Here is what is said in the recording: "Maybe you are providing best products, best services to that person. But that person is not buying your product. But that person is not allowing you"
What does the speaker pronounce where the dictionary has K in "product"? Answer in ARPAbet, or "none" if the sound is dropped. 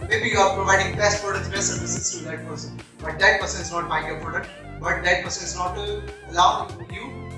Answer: none